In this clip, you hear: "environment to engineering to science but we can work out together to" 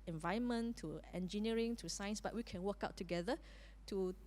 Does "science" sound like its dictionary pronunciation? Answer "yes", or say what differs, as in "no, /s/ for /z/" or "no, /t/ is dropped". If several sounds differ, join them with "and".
yes